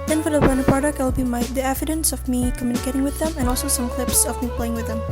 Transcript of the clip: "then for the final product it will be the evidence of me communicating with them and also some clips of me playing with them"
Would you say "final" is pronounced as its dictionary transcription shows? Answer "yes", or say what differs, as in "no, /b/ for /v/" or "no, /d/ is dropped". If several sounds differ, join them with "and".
no, /p/ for /f/